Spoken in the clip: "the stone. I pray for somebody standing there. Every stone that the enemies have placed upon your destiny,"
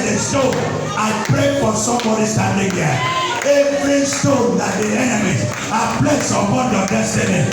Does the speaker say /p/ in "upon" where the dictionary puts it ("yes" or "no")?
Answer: no